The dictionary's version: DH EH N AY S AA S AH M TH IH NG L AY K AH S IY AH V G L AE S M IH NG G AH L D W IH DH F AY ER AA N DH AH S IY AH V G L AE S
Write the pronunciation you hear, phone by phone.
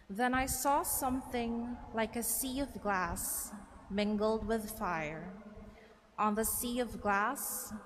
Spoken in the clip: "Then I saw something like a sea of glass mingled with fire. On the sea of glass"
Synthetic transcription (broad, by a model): DH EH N AY S AA S AH M TH IH NG L AY K AH S IY AH V G L AE S M IH NG G L D W IH DH F AY ER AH N DH AH S IY AH V G L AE S